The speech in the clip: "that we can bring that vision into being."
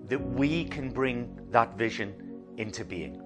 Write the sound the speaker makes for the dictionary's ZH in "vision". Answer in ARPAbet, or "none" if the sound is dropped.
ZH